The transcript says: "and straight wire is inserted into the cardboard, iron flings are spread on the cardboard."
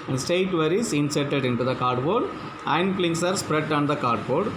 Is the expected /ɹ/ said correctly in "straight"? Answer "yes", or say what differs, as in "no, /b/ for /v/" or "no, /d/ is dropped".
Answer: no, /ɹ/ is dropped